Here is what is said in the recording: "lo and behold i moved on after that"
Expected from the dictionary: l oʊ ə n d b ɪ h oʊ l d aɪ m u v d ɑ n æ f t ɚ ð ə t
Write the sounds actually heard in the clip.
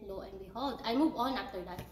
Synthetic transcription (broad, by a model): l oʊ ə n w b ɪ h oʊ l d aɪ m u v ɑ n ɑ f t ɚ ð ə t